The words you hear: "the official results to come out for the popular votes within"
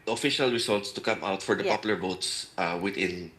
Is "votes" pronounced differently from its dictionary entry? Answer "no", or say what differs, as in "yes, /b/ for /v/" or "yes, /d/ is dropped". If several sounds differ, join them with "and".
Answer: yes, /b/ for /v/